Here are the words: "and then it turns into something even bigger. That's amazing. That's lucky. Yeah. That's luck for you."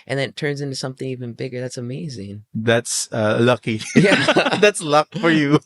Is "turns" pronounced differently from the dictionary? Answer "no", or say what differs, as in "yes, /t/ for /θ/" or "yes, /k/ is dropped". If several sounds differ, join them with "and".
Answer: no